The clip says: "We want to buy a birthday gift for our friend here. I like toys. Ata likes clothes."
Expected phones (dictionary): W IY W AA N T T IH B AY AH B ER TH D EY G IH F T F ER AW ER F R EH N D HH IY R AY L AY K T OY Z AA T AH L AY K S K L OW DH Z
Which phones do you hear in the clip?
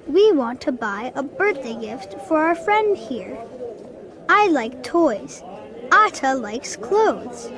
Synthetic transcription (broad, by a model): W IY W AA N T T IH B AY AH B ER TH D EY G IH F T F ER AW ER F R EH N D HH IY R AY L AY K T OY Z AA T AH L AY K S K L OW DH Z